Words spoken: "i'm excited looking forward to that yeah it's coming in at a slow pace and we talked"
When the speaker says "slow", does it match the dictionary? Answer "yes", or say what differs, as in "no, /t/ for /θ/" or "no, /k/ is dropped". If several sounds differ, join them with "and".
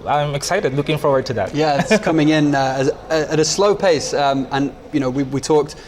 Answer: yes